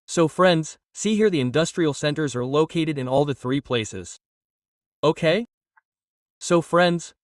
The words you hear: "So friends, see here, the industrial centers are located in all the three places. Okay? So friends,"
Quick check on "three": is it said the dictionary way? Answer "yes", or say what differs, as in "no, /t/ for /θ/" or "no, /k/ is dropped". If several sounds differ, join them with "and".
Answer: yes